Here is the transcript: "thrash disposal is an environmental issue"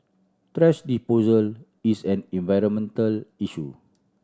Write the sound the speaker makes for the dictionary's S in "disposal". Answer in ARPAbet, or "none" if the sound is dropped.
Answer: none